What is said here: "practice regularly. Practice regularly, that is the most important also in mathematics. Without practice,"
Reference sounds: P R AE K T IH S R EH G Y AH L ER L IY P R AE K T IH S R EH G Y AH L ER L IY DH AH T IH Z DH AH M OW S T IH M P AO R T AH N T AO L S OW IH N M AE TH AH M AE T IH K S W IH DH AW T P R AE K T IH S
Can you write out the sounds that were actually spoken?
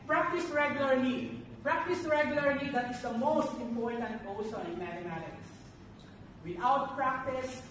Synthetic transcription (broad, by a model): P R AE K T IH S R EH G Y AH L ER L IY P R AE K T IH S R EH G Y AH L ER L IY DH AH T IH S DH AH M OW S T IH M P AO R T AH N T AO S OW IH N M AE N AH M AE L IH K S W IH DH AW T P R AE K T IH S